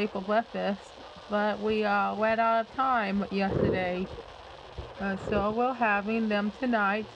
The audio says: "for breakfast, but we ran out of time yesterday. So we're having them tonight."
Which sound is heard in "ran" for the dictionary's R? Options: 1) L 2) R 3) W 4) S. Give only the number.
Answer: 3